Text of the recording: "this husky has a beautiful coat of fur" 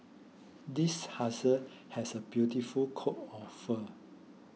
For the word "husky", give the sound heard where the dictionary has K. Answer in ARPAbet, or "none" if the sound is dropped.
none